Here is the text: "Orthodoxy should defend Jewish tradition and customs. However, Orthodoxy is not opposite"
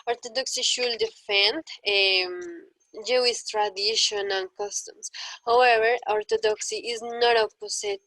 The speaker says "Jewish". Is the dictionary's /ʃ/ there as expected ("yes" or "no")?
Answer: no